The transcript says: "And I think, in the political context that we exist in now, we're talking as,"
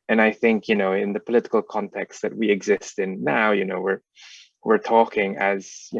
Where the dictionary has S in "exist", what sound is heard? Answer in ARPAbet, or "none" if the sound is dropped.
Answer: S